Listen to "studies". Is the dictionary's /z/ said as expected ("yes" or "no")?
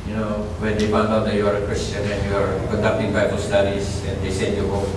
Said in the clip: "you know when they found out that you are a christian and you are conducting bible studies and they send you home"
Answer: no